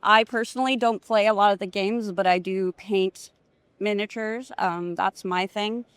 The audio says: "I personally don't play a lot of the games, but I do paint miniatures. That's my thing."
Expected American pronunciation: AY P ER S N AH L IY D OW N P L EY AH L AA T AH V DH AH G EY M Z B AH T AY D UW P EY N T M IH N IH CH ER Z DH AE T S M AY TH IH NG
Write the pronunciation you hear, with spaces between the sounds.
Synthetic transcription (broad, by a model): AY P ER S N L IY D OW N P L EY AH L AA T AH V DH AH G EY M Z B AH T AY D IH P EY N T M IH N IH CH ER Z DH AE T S M AY TH IH NG